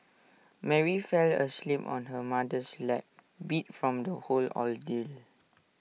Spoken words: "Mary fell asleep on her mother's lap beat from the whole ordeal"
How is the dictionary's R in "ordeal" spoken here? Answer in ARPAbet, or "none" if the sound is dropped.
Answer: L